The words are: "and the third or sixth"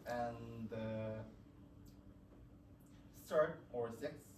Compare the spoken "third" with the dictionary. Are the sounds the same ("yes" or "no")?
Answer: no